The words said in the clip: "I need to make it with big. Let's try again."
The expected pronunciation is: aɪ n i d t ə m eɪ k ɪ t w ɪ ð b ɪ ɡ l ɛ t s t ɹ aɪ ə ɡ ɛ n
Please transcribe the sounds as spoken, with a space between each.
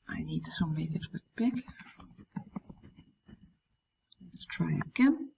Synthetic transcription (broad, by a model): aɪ n i d s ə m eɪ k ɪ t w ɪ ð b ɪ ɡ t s t ɹ aɪ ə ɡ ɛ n